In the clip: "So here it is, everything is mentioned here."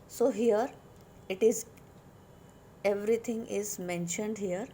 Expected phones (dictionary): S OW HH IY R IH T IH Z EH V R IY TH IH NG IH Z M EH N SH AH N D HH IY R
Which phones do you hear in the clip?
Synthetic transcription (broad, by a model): S OW HH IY R IH T IH Z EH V R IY T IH NG IH Z M EH N SH AH N D HH IY R